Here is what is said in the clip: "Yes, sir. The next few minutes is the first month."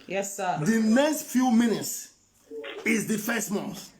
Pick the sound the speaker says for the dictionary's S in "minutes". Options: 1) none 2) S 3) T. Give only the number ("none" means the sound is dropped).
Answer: 2